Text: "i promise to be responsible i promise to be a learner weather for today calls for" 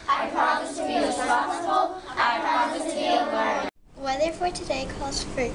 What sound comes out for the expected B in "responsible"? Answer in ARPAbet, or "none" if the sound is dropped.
none